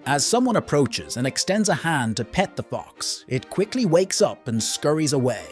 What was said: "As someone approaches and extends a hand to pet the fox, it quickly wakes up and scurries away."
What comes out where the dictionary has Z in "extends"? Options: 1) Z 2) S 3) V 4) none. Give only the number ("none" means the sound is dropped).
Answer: 1